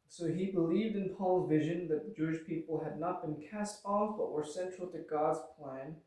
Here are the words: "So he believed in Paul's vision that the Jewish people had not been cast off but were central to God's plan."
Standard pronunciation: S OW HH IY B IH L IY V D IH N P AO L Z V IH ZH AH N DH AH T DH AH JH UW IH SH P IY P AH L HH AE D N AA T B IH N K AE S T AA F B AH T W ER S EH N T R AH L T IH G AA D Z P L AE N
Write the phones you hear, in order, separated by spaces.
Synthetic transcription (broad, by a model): S OW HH IY B IH L IY V D IH N P AO L Z V IH ZH AH N DH AH T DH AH JH UW IH SH P IY P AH L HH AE D N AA T B IH N K AE S T AA F B AH T W ER S EH N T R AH L T IH G AA D Z P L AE N